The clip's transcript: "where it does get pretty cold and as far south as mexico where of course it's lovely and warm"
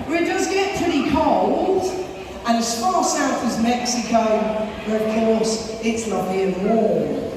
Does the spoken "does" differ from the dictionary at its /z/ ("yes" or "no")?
yes